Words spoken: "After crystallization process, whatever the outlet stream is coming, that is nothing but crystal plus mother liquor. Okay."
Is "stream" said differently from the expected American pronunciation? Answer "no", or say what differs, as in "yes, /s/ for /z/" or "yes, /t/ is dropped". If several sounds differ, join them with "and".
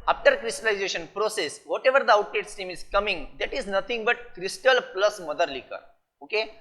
yes, /ɹ/ is dropped